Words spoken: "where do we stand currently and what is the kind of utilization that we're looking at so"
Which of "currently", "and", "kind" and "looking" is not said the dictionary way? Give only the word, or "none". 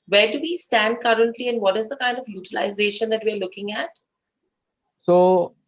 none